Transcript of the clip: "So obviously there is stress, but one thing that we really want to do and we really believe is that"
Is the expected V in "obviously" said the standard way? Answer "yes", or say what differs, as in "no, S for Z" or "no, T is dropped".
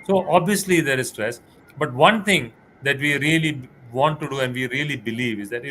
yes